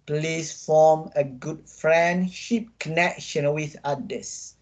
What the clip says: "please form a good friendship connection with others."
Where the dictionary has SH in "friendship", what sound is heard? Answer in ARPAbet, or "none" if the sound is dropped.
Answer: SH